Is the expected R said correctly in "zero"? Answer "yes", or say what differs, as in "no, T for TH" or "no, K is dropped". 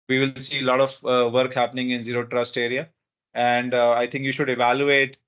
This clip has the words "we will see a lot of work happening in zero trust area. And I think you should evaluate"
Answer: yes